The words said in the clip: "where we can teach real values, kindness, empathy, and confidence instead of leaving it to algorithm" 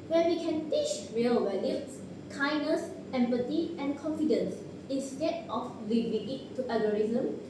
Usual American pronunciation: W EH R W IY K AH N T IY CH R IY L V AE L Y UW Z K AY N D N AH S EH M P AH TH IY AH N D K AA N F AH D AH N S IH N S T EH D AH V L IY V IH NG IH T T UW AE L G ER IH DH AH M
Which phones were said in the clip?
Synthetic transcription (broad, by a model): W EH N W IY K AH N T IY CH R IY L W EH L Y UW S K AY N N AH S EH M P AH T IY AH N K AA N F AH D AH N S IH N S T EH D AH F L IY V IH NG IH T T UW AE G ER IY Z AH M